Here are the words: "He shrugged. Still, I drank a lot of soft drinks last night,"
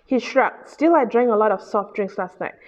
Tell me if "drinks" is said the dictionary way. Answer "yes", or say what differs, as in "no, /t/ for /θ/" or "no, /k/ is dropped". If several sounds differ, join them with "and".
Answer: yes